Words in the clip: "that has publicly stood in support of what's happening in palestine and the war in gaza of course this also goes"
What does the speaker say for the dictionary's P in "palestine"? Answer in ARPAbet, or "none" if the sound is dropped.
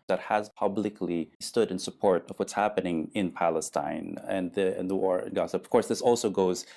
P